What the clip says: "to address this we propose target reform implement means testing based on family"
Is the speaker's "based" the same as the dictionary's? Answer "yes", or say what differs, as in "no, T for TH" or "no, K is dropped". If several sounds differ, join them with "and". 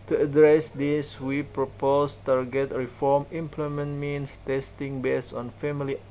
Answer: no, T is dropped